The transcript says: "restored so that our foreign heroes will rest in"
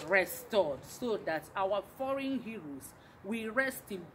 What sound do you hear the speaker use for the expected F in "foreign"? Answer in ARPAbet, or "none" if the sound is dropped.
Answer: F